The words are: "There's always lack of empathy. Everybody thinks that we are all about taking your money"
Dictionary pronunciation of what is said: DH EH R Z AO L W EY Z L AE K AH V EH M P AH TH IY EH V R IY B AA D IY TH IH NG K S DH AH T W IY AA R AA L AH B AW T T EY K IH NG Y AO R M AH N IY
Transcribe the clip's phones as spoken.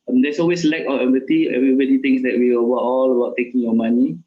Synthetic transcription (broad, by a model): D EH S AO L W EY S L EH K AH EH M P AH T IY EH V R IY B AA D IY T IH NG S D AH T W IY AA W AA L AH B AW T T EY K IH NG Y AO M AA N IY